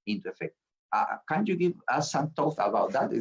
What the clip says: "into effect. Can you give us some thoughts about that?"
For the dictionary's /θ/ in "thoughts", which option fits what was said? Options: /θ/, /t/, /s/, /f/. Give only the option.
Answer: /t/